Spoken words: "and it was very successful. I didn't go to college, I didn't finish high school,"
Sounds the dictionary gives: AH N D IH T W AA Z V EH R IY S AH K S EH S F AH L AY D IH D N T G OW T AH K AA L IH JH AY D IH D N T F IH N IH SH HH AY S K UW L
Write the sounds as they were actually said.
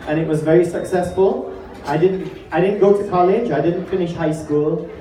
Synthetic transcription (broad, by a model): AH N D IH T W AA Z V EH R IY S AH K S EH S F AH L AY D IH D N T G OW T AH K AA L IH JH AY D IH D N T F IH N IH SH HH AY S K UW L